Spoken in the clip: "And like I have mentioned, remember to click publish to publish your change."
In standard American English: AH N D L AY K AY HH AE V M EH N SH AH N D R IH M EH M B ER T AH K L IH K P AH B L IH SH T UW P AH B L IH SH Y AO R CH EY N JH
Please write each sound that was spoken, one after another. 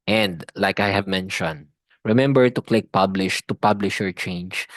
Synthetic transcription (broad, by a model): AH N D L AY K AY HH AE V M EH N SH AH N D R IH M EH M B ER T AH K L IH K P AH B L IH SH T UW P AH B L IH SH Y AO R CH EY N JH